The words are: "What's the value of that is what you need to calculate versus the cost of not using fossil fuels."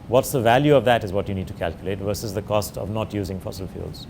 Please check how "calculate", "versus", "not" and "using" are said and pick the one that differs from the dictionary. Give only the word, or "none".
none